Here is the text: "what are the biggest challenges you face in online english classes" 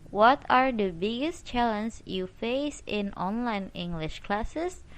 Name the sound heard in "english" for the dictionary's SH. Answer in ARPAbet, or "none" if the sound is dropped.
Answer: SH